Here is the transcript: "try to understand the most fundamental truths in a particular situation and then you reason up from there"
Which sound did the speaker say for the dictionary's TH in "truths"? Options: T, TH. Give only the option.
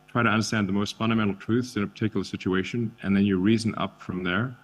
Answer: TH